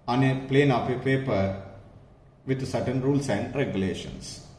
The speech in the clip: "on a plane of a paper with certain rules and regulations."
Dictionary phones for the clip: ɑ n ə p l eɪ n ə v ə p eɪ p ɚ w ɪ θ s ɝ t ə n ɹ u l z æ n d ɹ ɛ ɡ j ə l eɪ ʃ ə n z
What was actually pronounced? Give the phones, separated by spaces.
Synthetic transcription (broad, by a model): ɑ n ə p l eɪ n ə p ə p eɪ p ɚ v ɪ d s ɝ t ə n ɹ u l s æ n d ɹ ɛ ɡ j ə l eɪ ʃ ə n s